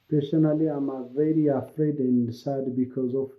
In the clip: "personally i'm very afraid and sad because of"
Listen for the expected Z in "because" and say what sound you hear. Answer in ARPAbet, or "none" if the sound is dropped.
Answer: Z